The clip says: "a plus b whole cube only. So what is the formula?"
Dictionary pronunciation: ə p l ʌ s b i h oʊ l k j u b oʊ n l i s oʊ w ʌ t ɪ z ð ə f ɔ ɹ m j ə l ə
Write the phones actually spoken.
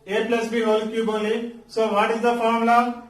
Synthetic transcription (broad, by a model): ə p l ʌ s b i h oʊ l k j u b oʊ l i s oʊ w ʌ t ɪ z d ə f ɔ ɹ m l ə